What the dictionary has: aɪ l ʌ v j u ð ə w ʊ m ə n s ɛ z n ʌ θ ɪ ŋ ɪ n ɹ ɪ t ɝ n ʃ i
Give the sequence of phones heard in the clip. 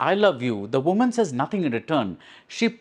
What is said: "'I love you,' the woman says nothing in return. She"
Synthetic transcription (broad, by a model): aɪ l ʌ v j u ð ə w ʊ m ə n s ɛ z n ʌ t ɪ ŋ ɪ n ɹ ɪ t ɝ n ʃ i